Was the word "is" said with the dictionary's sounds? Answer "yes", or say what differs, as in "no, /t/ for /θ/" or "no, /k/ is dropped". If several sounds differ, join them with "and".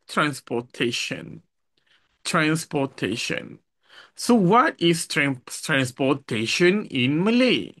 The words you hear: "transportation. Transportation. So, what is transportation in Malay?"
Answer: no, /s/ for /z/